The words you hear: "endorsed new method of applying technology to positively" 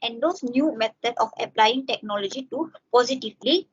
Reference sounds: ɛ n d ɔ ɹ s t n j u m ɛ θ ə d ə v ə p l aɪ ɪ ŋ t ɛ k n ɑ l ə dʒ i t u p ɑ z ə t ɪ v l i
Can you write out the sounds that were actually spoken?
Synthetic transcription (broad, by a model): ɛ n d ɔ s n j u m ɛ t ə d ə f ə p l aɪ ɪ ŋ t ɛ k n ɑ l ə dʒ i t u p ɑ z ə t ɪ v l i